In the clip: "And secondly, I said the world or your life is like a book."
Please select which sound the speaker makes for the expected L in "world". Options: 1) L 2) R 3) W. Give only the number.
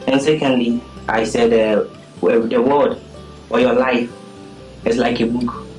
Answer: 3